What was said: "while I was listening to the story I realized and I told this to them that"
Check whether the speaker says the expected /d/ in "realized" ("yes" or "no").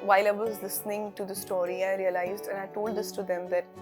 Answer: yes